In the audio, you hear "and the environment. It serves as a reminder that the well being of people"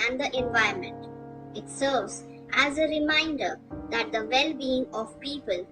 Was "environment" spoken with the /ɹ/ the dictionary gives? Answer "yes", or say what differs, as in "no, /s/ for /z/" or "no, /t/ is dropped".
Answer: no, /ɹ/ is dropped